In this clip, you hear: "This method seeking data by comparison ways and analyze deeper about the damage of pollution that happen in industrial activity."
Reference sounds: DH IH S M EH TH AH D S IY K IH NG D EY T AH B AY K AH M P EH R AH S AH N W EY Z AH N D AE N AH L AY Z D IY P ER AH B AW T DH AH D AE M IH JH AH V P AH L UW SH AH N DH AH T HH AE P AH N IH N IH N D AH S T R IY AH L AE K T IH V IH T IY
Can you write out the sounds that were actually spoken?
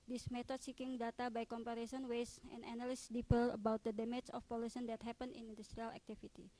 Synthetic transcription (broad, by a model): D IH S M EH T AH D S IY K IH NG D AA T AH B AY K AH M P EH R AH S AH N W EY S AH N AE N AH L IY S D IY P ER AH B AW T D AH D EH M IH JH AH F P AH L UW S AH N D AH T HH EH P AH N IH N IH N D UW S T R IY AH L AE K T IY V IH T IY